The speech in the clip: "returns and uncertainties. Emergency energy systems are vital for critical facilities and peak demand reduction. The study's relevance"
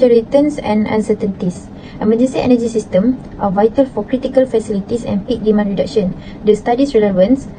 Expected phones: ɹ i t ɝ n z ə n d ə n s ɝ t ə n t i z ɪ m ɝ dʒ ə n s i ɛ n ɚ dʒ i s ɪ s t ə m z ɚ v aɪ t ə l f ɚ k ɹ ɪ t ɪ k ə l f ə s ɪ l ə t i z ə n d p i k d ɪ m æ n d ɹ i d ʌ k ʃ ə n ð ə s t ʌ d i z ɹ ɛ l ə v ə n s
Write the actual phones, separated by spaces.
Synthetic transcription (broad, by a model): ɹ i t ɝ n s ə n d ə n s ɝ t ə n t i s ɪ m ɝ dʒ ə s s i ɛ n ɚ dʒ i s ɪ s t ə m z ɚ v aɪ t ə l f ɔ k ɹ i t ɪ k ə l f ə s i l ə t i s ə n p i k d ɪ m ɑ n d ɹ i d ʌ k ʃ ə n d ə s t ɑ d i s ɹ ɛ l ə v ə n s